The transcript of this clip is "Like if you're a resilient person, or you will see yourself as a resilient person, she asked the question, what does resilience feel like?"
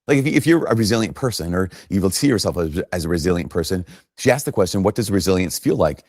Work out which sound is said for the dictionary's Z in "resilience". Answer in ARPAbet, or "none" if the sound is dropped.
Z